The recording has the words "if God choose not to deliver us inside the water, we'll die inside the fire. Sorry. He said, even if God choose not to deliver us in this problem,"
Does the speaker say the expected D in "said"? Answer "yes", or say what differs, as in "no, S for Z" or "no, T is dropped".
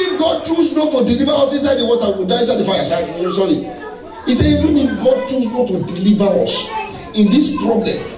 no, D is dropped